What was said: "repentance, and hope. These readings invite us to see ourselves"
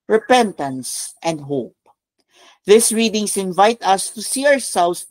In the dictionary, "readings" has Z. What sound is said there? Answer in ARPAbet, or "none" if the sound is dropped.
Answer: S